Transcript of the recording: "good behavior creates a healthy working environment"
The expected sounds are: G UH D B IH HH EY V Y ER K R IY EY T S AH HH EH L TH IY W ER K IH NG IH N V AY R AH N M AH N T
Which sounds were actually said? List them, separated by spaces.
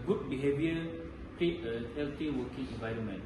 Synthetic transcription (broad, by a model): G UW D B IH HH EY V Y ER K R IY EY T AH HH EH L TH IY W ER K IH NG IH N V AY R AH N M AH N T